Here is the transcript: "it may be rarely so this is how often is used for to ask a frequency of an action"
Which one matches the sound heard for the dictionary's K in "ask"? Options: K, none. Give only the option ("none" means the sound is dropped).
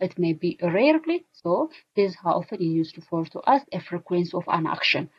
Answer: none